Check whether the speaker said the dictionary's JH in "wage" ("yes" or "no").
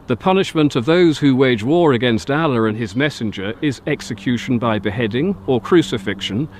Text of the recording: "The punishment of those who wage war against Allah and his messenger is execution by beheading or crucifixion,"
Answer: yes